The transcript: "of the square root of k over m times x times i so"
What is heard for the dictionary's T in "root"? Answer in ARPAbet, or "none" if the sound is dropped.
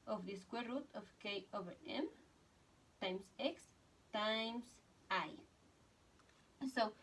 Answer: T